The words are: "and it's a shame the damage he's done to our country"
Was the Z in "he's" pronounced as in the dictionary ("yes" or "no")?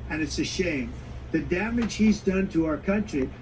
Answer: yes